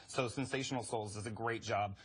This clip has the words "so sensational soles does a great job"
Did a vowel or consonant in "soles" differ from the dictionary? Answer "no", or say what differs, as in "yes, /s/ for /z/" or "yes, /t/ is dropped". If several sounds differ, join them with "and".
no